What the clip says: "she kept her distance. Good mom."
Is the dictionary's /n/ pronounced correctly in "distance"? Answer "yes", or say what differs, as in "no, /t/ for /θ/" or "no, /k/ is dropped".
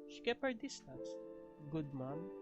no, /n/ is dropped